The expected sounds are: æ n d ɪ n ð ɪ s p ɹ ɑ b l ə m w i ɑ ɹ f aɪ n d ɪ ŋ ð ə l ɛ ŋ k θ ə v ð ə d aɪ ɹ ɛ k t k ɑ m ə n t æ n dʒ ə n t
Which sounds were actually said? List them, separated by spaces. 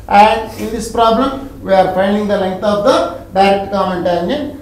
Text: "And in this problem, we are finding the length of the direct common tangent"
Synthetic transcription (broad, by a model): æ n d ɪ n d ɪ s p ɹ ɑ b l ə m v i ɑ ɹ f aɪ n d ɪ ŋ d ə l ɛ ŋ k t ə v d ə d aɪ ɹ ɛ k t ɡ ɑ ə n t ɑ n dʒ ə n